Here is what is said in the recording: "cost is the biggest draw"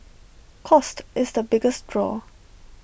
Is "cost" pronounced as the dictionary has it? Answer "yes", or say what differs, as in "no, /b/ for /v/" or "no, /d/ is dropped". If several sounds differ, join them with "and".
yes